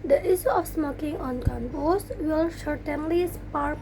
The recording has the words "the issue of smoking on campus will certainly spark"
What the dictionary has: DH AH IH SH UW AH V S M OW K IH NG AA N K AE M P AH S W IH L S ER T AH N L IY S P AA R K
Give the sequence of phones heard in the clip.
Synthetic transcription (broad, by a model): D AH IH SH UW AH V S M OW K IH NG AA N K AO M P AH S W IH L SH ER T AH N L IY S P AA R